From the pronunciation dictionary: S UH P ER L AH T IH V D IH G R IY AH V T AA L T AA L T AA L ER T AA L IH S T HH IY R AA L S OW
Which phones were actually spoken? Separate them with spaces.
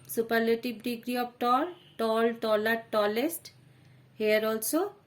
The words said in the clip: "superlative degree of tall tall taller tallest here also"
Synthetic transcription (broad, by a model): S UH P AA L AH T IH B D IH G R IY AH P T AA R T AA L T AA L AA T AA L IH S T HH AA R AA L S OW